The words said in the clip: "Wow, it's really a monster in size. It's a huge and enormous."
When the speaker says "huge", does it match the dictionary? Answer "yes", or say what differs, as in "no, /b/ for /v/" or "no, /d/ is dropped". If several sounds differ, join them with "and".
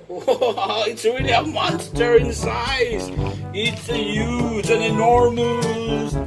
no, /z/ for /dʒ/